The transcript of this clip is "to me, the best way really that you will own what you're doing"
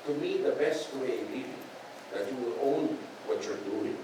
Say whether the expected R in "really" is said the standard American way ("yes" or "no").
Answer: no